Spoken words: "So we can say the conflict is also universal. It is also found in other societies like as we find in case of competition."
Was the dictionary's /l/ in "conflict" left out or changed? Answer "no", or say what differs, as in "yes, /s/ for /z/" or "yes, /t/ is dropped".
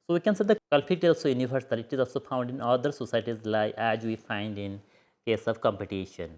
yes, /l/ is dropped